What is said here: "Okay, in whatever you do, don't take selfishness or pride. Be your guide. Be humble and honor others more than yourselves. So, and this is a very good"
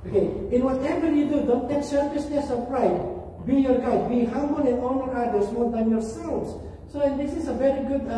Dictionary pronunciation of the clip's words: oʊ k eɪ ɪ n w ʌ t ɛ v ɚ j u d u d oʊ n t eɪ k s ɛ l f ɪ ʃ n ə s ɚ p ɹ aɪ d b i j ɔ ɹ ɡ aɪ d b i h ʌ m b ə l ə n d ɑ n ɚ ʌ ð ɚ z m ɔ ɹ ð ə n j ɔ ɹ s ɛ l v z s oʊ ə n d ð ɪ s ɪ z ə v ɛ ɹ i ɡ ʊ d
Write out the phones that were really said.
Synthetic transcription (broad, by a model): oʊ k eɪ ɪ n w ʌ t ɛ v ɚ j u d u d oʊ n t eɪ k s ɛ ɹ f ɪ s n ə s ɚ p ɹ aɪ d b i j ɔ ɹ ɡ aɪ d b i h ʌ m b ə l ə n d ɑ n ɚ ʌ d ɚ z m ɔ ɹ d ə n j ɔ ɹ s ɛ l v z s oʊ ə n d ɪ s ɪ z ə v ɛ ɹ i ɡ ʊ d